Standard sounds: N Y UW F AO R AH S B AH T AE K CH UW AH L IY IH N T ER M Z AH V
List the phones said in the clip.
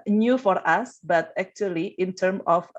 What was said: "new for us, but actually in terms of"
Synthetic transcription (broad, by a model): N Y UW F AO R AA S B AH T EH K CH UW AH L IY IH N T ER M AH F